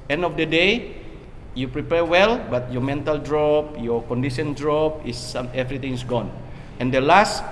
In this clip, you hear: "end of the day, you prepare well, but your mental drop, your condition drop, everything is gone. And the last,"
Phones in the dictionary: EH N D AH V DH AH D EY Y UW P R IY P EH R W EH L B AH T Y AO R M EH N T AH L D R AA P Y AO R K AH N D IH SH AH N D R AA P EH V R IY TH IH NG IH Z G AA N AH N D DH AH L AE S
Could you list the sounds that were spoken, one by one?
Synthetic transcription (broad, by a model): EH N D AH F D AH D EY Y UW P R IY P EH R W EH L B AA T Y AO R M EH N T AH L D R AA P Y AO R K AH N D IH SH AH N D R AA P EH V R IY T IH NG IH S G AA N AH N D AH L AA S